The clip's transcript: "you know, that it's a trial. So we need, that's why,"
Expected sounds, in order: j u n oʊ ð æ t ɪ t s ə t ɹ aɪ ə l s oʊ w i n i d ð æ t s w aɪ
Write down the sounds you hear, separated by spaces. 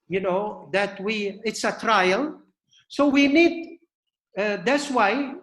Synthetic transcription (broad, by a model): j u n oʊ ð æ t ɪ t s ə t ɹ aɪ ə l s oʊ w i n i d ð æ t s w aɪ